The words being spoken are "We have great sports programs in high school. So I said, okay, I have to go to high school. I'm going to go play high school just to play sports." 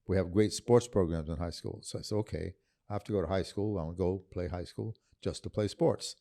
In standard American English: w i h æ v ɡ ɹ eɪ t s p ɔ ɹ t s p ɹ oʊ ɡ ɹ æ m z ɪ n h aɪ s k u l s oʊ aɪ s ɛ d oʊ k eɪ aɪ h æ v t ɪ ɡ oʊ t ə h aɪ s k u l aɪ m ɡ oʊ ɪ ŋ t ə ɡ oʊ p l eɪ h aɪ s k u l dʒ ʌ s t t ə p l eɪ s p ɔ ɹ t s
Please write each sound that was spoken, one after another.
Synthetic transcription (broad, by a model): w i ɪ v ɡ ɹ eɪ t s p ɔ ɹ t s p ɹ oʊ ɡ ɹ æ m z ɪ n h aɪ s k u l s oʊ aɪ s oʊ k eɪ aɪ h æ f t ɪ ɡ oʊ t ə h aɪ s k u l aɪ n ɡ oʊ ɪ p l eɪ h aɪ s k u l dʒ ʌ s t t ə p l eɪ s p ɔ ɹ t s